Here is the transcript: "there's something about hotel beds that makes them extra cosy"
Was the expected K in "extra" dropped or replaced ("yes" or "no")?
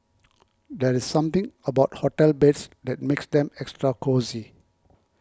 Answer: no